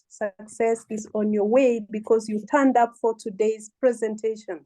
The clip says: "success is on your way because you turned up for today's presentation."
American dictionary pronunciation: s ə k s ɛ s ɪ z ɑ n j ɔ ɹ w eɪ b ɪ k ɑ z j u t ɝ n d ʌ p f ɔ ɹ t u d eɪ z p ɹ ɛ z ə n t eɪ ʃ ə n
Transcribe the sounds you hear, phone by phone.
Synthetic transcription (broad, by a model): s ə k s ɛ s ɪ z ɑ n j ɔ ɹ w eɪ b ɪ k ɑ z j u t ɝ n d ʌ p f ɔ ɹ t u d eɪ z p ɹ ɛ z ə n t eɪ ʃ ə n